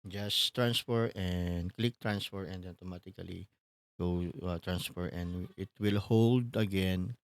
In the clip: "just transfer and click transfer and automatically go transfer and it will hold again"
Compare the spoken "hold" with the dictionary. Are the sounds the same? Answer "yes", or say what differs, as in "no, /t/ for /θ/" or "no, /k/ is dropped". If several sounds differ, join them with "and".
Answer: yes